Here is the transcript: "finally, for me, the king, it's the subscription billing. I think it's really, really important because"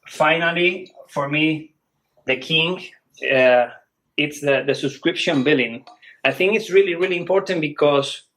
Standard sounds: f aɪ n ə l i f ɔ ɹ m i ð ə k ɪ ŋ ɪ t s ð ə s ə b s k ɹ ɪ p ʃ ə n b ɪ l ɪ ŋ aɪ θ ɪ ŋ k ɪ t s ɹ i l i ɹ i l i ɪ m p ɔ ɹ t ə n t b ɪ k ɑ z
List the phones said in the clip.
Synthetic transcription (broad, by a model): f aɪ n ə l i f ɔ ɹ m i ð ə k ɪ ŋ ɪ t s ð ə s ə b s k ɹ ɪ p ʃ ə n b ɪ l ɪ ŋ aɪ θ ɪ ŋ k ɪ t s ɹ i l i ɹ i l i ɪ m p ɔ ɹ t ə n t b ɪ k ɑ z